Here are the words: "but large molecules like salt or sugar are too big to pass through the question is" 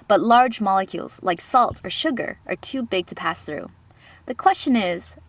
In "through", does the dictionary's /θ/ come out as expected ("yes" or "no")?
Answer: yes